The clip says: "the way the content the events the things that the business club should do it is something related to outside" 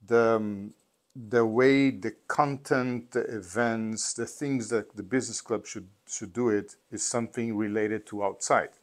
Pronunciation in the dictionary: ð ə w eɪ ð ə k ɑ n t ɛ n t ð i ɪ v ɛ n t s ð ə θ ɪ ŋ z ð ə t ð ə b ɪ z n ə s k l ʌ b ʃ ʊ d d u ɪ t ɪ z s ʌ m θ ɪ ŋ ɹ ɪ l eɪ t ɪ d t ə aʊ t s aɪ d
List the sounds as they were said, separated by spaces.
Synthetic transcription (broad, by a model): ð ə w eɪ ð ə k ɑ n t ɛ n t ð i ɪ v ɛ n t s ð ə θ ɪ ŋ z ð ə t ð ə b ɪ z n ə s k l ʌ b ʃ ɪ d d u ɪ t ɪ z s ʌ m θ ɪ ŋ ɹ ɪ l eɪ t ɪ d t ə aʊ t s aɪ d